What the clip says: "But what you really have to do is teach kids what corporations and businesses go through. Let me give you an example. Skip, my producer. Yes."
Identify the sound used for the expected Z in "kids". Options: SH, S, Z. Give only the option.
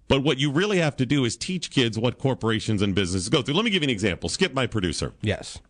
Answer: Z